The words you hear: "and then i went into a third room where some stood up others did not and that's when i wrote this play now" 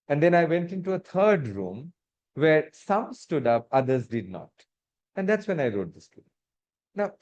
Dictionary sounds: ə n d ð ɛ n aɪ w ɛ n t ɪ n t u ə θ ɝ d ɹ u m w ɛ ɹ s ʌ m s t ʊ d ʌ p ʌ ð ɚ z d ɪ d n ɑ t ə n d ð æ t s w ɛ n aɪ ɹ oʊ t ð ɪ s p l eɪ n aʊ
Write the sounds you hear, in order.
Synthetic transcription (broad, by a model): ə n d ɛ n aɪ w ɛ n t ɪ n t u ə t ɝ d ɹ u m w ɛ ɹ s ʌ m s t ʊ d ʌ p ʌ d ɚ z d ɪ d n ɑ t ə n d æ t s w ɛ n aɪ ɹ oʊ t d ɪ s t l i n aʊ